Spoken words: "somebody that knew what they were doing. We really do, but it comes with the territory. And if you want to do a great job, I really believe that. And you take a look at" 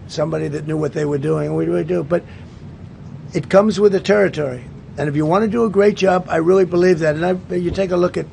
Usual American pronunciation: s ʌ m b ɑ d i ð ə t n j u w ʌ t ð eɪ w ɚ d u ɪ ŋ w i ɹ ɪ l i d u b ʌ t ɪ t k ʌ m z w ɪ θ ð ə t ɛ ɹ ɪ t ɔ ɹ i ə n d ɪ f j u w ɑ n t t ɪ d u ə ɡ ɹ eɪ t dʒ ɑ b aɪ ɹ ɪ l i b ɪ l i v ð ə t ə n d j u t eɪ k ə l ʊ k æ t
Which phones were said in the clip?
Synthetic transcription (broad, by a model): s ʌ m b ɑ d i ð ə t n j u w ʌ t ð eɪ w ɚ d u ɪ ŋ w i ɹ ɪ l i d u b ʌ t ɪ t k ʌ m z w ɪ ð ə t ɛ ɹ ɪ t ɔ ɹ i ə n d ɪ f j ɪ w ɑ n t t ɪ d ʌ ə ɡ ɹ eɪ t dʒ ɑ b aɪ ɹ ɪ l i b ɪ l i v ð ə t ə n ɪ j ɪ t eɪ k ə l ʊ k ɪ t